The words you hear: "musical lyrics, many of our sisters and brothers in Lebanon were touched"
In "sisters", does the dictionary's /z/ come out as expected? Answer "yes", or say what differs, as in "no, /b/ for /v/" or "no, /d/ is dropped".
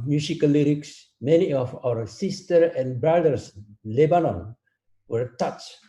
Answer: no, /z/ is dropped